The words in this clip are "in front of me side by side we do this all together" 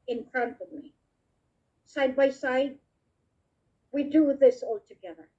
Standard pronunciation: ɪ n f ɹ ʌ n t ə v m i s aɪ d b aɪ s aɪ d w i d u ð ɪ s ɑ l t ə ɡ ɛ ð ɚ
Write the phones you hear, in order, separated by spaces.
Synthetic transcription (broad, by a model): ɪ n p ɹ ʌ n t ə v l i s aɪ d b aɪ s aɪ d w i d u ð ɪ s ɑ l t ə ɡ ɛ ð ɚ